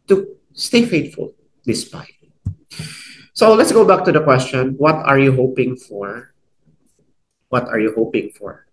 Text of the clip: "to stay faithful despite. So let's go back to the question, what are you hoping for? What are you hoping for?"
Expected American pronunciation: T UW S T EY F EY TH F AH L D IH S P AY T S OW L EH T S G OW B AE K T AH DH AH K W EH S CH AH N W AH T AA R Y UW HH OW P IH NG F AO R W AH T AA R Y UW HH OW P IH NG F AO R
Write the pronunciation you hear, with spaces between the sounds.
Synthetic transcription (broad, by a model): T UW S T EY F EY T F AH L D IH S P AY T S OW L EH T S G OW B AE K T AH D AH K W EH S CH AH N W AH T AA R Y UW HH OW P IH NG F AO R W AH T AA R Y UW HH OW P IH NG F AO R